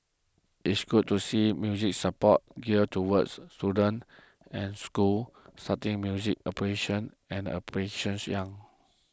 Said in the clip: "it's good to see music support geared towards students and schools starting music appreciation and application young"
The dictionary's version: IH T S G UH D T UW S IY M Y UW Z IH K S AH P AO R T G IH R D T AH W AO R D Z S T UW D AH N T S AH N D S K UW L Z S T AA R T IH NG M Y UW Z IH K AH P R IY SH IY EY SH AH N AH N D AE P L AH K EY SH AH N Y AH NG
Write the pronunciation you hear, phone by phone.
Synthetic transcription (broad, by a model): IH T S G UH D T UW S IY M Y UW Z IH K S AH P AO T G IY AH T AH W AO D S T UW D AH N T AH N S K UW L S T AA T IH NG M Y UW Z IH K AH P AH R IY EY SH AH N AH N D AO P AH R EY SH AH N Y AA NG